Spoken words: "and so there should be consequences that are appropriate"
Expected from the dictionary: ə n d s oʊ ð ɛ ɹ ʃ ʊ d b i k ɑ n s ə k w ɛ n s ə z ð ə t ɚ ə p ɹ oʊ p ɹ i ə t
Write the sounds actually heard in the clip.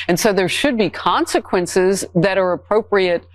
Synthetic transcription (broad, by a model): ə n s oʊ ð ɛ ɹ ʃ ʊ d b i k ɑ n s ə k w ɛ n s ə z ð ə t ɚ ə p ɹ oʊ p ɹ i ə t